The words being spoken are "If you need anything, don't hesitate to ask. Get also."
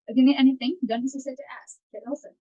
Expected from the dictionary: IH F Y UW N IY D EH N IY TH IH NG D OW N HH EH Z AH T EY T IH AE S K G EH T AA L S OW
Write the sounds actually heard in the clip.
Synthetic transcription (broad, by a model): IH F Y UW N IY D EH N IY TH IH NG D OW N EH S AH S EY T IH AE S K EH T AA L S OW